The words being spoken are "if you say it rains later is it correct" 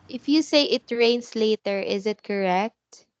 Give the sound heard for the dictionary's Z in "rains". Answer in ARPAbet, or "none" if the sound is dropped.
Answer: S